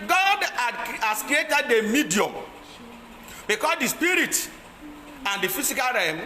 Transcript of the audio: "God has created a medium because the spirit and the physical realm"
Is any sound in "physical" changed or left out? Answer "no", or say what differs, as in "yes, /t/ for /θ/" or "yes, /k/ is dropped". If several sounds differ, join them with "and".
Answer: yes, /s/ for /z/